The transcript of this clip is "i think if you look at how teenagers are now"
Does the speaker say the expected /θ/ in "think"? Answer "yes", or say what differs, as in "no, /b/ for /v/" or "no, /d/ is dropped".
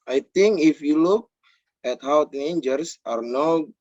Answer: no, /t/ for /θ/